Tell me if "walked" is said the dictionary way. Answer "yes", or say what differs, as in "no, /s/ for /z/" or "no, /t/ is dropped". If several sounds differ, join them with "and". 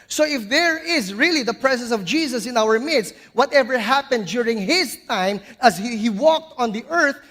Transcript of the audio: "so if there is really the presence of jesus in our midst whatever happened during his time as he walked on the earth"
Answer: yes